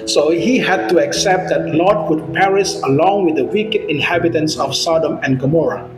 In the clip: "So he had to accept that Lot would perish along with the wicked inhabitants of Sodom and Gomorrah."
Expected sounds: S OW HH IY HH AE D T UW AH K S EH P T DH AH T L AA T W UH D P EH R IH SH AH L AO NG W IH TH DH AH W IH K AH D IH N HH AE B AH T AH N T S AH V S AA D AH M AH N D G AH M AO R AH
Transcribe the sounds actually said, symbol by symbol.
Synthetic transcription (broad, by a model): S OW HH IY HH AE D T UW AH K S EH P T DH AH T L AA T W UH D P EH R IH S AH L AO NG W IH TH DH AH W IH K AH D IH N HH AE B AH T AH N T S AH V S AA D AH M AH N G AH M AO R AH